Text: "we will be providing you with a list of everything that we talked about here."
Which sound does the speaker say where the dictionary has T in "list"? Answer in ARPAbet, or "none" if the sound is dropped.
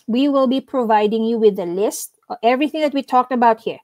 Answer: T